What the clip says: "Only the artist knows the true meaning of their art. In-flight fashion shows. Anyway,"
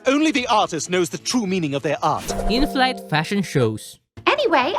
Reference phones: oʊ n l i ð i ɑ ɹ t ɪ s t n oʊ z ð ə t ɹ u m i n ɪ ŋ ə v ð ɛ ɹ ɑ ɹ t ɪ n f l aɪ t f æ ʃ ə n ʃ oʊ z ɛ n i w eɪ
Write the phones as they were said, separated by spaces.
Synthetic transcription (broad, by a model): oʊ n l i ð i ɑ ɹ t ɪ s t n oʊ z ð ə t ɹ u m i n ɪ ŋ ə v ð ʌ ɹ ɑ ɹ t ɪ n f l aɪ t f æ ʃ ə n ʃ oʊ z ɛ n i w eɪ